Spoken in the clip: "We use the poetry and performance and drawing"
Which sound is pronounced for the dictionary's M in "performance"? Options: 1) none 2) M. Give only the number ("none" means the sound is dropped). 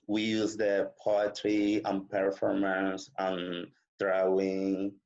2